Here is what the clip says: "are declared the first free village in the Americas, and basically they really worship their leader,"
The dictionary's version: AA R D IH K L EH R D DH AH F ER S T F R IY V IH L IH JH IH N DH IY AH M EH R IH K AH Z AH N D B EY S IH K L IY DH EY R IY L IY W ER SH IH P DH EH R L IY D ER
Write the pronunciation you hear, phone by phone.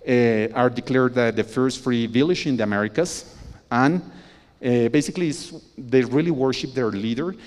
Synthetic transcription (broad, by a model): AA R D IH K L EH R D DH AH F ER S T F R IY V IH L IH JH IH N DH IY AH M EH R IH K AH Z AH N B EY S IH K L IY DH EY R IY L IY W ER SH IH P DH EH R L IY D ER